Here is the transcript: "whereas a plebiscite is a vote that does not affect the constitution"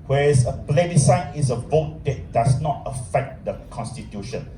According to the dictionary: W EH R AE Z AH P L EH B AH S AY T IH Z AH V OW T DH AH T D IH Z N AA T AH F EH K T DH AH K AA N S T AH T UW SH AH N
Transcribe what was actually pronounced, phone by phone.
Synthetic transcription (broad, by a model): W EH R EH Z AH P L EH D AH S AY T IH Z AH V OW T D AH T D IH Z N AA T AH F EH K T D AH K AA N S T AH T UW SH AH N